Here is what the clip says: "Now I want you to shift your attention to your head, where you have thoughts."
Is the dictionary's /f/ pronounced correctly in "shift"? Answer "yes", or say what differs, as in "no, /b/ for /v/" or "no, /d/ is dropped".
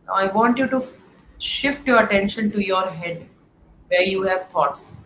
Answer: yes